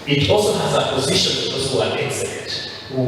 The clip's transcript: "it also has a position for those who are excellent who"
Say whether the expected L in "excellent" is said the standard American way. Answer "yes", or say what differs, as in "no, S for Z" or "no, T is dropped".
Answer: no, L is dropped